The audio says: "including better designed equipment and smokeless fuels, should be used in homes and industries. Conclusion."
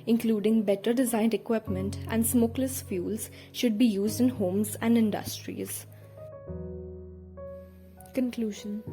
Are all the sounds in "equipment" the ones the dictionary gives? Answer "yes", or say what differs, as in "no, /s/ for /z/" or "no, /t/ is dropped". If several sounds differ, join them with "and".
yes